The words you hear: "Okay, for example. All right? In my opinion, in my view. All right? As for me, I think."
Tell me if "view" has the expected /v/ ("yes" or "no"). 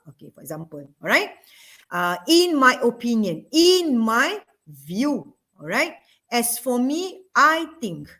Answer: yes